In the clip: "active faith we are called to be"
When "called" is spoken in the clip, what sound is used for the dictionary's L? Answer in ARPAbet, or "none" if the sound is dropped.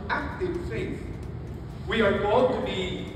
none